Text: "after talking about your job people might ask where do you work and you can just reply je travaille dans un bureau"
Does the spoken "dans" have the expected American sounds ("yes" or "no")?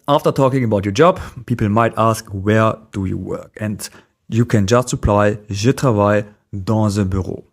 no